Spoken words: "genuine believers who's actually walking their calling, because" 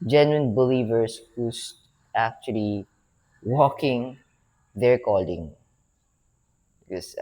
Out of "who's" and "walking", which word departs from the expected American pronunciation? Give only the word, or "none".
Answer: who's